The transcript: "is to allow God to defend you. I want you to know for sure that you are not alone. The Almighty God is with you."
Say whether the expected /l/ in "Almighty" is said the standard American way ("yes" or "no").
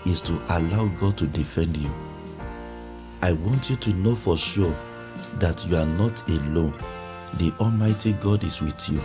yes